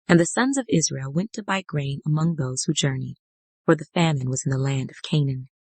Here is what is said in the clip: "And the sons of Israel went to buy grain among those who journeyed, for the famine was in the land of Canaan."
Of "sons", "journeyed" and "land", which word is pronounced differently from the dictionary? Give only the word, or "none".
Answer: none